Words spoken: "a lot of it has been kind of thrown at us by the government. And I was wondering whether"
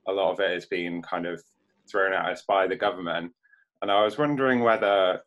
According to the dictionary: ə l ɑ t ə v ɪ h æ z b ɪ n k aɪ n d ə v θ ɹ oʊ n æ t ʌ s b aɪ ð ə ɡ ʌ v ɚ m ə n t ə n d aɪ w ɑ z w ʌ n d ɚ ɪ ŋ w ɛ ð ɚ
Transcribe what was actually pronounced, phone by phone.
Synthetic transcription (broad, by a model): ə l ɑ t ə v ɪ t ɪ z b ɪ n k aɪ n d ə v θ ɹ oʊ n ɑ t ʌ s b aɪ ð ə ɡ ʌ v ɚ m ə n t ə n aɪ w ɑ z w ʌ n d ɚ ɪ ŋ w ɛ ð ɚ